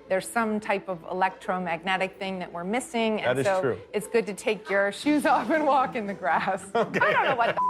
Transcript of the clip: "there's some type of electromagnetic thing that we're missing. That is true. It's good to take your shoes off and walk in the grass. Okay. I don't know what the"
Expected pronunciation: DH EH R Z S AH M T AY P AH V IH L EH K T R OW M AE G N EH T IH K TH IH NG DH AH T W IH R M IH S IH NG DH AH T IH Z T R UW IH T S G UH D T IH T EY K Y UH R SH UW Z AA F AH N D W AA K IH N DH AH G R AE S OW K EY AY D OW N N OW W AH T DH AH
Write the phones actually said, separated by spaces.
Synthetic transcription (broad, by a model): DH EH R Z S AH M T AY P AH V IH L EH K T R OW M AE G N EH T IH K TH IH NG DH AH T W IH R M IH S IH NG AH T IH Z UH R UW IH T S G UH D T IH T EY K Y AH R SH UW Z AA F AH N W AA K IH N DH AH G R AE S OW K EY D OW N N OW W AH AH